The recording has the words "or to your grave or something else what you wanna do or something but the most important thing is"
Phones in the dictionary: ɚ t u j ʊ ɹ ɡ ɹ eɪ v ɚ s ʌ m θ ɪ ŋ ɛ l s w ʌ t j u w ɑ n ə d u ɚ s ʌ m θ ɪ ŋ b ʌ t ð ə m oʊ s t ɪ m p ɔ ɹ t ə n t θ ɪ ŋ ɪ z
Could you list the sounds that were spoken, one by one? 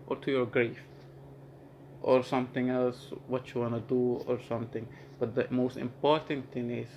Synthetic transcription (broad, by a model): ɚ t u j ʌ ɹ ɡ ɹ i f ɚ s ʌ m θ ɪ ŋ ɛ l s w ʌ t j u w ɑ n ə d u ɚ s ʌ m θ ɪ ŋ b ʌ t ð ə m oʊ s t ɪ m p ɔ ɹ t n θ ɪ ŋ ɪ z